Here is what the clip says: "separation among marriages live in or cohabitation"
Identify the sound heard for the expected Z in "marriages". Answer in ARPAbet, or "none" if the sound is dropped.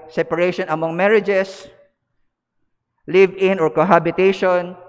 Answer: S